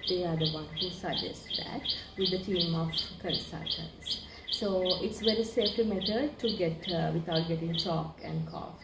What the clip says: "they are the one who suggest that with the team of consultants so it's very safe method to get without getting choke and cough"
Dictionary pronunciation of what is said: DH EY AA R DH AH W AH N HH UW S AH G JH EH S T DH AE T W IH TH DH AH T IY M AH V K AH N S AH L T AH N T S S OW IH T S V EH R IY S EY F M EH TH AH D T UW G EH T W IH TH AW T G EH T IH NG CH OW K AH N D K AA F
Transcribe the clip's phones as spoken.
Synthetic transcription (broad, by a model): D EY AA R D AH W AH N HH UW S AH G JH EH S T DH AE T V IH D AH T IY M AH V K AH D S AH T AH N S S OW IH T S V EH R IY S EY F M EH T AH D T UW G EH T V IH T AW T G EH T IH NG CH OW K AH N D K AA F